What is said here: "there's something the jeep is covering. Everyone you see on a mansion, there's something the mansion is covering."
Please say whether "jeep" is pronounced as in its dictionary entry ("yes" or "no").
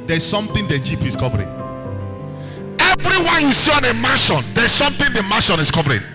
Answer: yes